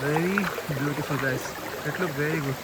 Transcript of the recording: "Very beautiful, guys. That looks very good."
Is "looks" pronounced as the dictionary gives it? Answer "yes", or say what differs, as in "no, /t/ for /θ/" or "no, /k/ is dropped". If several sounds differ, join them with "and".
no, /s/ is dropped